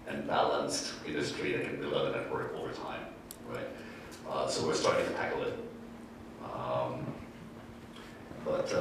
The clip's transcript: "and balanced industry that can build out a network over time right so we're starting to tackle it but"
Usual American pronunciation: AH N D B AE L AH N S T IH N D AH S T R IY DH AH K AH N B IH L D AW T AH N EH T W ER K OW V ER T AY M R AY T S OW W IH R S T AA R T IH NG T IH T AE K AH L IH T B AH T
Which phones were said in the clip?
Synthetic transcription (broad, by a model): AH N B AE L AH N S T IH N D AH S T R IY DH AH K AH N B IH L EH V AH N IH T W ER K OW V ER T AY M R AY T S OW W IH R S T AA R T IH NG T IH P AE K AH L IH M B AH T